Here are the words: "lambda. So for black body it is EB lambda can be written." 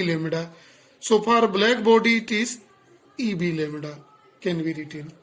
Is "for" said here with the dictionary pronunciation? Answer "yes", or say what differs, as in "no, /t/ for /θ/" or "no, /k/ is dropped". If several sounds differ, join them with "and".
no, /p/ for /f/